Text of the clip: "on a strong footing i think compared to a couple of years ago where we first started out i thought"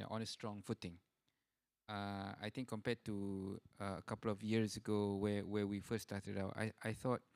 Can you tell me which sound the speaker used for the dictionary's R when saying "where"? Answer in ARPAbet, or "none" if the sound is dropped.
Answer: W